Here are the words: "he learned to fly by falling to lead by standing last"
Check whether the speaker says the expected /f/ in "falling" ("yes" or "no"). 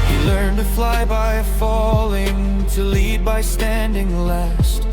yes